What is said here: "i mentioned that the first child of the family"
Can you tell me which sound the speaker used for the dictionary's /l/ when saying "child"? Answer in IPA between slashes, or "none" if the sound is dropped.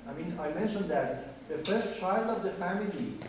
/l/